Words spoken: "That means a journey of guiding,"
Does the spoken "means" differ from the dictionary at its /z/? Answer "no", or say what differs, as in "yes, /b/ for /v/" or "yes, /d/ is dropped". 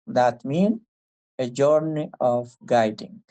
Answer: yes, /z/ is dropped